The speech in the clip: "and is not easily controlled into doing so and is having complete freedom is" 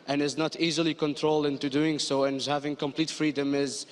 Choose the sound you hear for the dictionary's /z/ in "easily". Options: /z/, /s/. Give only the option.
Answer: /z/